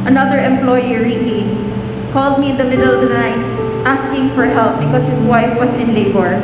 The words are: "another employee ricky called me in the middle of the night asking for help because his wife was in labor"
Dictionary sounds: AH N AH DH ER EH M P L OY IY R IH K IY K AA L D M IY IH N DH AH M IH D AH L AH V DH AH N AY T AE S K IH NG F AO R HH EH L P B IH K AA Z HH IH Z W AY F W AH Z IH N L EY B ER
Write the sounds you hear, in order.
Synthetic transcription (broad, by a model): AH N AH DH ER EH M P L OY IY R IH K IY K AA L D M IY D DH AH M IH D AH L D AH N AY T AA S K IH NG F AO R HH EH L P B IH K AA S HH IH S W AY F W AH S IH N L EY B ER